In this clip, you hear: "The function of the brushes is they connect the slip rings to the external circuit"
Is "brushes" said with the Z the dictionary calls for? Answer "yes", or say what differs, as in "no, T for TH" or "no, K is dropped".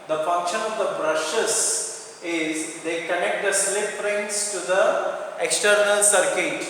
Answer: no, S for Z